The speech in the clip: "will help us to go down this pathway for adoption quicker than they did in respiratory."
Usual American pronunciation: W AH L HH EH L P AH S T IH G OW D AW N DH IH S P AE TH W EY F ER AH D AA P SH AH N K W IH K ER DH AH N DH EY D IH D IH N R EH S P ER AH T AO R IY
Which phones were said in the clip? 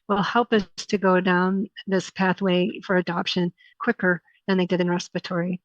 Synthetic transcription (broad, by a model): W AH L HH EH L P AH S T IH G OW D AW N DH IH S P AE TH W EY F ER AH D AA P SH AH N K W IH K ER DH AH N DH EY D IH D IH N R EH S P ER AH T AO R IY